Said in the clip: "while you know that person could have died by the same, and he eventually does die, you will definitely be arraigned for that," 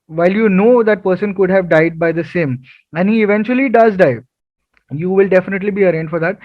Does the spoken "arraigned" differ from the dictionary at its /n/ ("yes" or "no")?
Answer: no